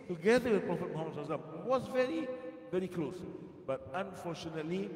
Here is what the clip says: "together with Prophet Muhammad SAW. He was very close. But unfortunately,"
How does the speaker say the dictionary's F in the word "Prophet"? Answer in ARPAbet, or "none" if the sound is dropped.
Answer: F